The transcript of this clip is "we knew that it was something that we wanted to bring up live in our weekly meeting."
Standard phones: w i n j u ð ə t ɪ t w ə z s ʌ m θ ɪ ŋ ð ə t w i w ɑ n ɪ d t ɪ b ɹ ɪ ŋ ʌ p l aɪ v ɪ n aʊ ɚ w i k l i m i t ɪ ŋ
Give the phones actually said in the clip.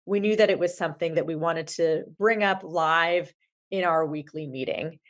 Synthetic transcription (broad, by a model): w i n j u ð ə t ɪ t w ə z s ʌ m θ ɪ ŋ ð ə t w i w ɑ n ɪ d t ɪ b ɹ ɪ ŋ ʌ p l aɪ v ɪ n aʊ ɚ w i k l i m i t ɪ ŋ